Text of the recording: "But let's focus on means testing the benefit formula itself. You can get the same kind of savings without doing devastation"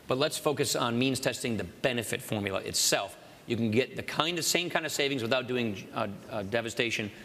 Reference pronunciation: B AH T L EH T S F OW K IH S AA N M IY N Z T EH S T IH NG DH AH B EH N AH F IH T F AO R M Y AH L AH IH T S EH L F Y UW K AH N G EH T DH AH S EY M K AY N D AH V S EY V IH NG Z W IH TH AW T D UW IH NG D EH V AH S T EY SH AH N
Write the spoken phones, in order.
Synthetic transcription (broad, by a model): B AH T L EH T S F OW K IH S N M IY N Z T EH S T IH NG DH AH B EH N AH F IH T F AO R M Y L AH IH T S EH L F Y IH K N G EH T DH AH S EY M K AY N D AH V S EY V IH NG Z W IH TH AW T D UW IH NG D EH V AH S T EY SH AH N